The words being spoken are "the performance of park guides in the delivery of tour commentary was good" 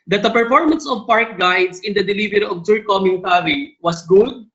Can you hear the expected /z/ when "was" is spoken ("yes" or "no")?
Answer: no